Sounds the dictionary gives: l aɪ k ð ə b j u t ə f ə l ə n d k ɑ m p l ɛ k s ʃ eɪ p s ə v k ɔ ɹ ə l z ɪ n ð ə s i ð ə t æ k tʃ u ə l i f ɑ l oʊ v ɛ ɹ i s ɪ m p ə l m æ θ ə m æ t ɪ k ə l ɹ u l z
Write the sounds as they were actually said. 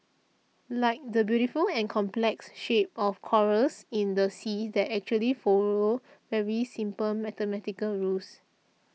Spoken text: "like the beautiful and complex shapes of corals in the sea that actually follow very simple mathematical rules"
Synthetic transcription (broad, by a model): l aɪ k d ə b j u t ə f ə l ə n k ɑ m p l ɛ k s ʃ eɪ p ə f k ɔ ɹ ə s ɪ n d ə s i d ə t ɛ k tʃ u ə l i f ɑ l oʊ v ɛ ɹ i s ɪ m p ə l m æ t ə m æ t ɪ k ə l ɹ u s